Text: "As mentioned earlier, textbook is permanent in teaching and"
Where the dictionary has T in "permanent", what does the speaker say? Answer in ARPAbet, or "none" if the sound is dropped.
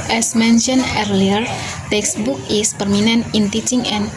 none